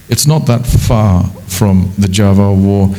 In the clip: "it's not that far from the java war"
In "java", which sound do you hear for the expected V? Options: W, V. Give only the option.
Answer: V